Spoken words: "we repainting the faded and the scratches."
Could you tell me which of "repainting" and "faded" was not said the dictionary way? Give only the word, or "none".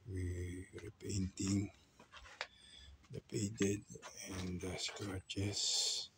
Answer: faded